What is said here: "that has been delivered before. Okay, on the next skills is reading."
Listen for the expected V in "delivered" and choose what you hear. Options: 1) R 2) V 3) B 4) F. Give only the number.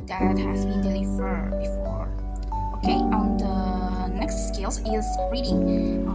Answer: 4